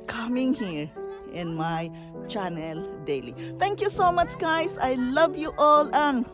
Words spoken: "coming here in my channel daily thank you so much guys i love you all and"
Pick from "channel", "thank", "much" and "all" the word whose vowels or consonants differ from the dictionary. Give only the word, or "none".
thank